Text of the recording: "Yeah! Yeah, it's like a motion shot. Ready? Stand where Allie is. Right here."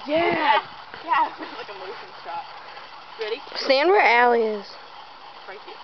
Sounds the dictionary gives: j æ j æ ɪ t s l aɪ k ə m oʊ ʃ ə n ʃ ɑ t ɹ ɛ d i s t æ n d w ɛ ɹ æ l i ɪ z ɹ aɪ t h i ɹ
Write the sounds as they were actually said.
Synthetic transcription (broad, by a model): j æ j æ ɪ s l aɪ k ə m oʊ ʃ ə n s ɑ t ɹ ɛ d i s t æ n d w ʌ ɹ æ l i ɪ z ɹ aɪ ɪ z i